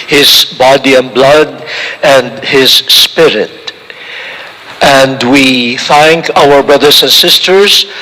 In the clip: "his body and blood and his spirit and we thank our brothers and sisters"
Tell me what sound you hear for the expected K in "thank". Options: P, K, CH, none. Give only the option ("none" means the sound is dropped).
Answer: K